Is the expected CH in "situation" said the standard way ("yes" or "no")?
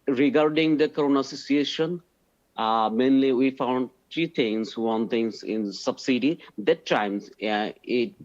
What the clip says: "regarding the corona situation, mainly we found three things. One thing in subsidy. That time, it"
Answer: no